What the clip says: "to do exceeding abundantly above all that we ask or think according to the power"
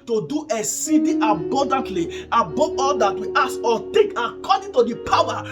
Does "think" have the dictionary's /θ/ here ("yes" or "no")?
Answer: no